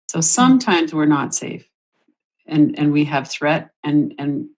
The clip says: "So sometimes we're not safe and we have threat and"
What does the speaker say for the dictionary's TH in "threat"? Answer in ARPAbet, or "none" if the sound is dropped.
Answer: TH